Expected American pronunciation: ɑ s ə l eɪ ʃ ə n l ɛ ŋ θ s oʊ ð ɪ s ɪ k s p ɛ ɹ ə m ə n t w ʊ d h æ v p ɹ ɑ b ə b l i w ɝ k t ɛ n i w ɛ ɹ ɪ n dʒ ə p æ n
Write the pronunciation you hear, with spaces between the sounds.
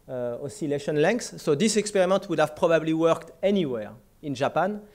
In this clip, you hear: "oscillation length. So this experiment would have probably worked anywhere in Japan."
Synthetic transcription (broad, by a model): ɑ s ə l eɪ ʃ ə n l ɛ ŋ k s oʊ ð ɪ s ɪ k s p ɛ ɹ ə m ə n t w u d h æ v p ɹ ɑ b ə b l i w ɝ k t ɛ n i w ɛ ɹ ɪ n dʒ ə p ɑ n